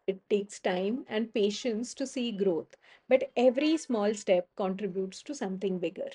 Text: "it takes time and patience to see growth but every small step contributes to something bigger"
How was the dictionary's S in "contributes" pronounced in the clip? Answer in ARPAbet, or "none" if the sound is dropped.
S